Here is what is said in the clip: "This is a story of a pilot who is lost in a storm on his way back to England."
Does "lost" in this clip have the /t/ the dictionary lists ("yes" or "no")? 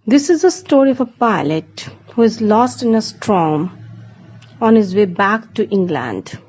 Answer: yes